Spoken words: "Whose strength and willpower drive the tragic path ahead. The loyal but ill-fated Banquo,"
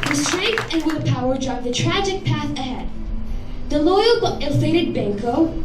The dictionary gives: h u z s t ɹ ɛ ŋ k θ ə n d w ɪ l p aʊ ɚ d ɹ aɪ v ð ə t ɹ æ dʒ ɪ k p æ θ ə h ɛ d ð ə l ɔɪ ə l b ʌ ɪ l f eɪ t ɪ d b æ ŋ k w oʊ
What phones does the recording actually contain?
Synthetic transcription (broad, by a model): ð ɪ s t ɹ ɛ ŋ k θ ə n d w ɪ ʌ p aʊ ɚ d ɹ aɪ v ð ə t ɹ æ dʒ ɪ k p æ θ ə h ɛ d ð ə l ɔɪ ə l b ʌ ɪ l f eɪ t ɪ d b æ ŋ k oʊ